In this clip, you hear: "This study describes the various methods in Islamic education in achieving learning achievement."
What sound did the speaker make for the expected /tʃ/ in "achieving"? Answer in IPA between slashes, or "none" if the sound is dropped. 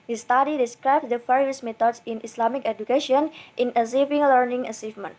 /s/